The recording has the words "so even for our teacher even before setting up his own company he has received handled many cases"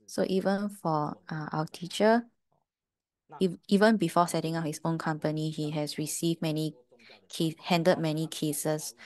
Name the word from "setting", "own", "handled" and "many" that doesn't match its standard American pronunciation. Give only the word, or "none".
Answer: handled